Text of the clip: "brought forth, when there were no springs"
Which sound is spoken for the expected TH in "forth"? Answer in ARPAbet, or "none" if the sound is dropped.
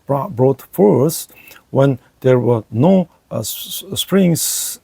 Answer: S